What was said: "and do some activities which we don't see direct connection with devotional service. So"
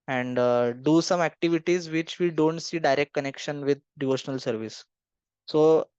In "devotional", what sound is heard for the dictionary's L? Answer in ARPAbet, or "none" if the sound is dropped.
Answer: L